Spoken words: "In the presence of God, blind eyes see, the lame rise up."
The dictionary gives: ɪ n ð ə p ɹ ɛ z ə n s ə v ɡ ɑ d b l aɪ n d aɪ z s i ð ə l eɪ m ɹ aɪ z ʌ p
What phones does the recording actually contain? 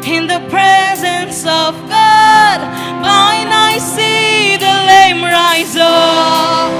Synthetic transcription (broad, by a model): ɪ n ð ə p ɹ ɛ z ə n s ə v ɡ ɑ d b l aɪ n aɪ s i ð ə l eɪ m ɹ aɪ z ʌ